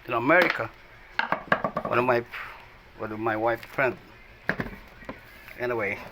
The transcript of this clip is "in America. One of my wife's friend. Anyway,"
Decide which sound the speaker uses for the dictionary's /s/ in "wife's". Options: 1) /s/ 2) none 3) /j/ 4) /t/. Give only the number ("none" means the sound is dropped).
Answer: 2